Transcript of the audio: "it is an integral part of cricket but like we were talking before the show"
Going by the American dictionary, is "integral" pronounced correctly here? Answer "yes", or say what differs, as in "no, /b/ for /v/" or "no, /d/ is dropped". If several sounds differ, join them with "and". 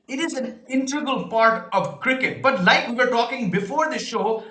no, /ɹ/ is dropped